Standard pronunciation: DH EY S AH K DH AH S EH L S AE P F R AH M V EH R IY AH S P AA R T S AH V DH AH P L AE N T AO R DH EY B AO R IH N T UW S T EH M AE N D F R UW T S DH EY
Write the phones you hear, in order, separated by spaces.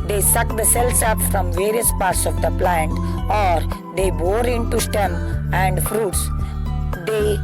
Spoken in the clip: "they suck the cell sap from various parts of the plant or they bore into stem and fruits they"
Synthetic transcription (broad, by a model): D EY S AH K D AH S EH L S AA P F R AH M V EH R IY AH S P AA R T S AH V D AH P L AE N T AO R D EY B AO R IH N T UW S T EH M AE N D F R UW T S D EY